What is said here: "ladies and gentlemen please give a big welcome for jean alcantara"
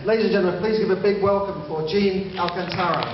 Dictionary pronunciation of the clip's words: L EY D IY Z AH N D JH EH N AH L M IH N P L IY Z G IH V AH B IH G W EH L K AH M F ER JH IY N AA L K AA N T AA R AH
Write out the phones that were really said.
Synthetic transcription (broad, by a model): L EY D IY Z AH N JH EH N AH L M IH N P L IY Z G IH V AH B IH G W EH L K AH M F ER JH IY N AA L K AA N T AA R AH